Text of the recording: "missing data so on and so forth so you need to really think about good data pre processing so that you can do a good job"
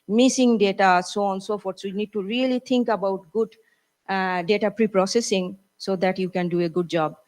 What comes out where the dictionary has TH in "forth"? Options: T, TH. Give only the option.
T